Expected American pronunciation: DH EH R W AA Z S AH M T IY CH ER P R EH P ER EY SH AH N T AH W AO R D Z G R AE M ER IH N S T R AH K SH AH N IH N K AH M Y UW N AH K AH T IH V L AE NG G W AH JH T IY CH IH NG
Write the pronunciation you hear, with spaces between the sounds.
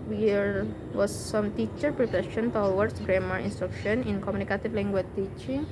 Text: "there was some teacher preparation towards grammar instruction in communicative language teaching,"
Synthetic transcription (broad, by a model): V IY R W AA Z S AH M T IY CH ER P R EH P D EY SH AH N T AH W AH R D S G R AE M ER IH N S T R AH K SH AH N IH N K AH M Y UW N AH K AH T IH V L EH NG G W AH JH T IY CH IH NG